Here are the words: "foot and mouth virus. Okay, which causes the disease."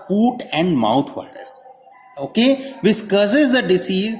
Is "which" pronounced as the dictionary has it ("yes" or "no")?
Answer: no